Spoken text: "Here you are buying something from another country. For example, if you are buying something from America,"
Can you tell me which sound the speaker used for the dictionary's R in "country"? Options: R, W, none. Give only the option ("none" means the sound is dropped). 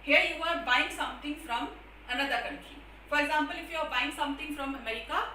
none